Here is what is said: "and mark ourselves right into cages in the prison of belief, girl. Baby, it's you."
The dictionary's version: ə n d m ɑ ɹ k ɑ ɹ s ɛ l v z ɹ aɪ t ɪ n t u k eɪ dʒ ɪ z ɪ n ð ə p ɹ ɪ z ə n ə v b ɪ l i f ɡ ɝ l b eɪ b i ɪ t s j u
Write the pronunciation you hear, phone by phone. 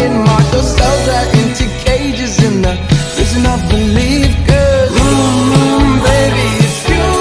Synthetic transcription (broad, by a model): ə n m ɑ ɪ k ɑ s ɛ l z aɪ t ɪ n t u k eɪ dʒ ɪ z ɪ n ð ə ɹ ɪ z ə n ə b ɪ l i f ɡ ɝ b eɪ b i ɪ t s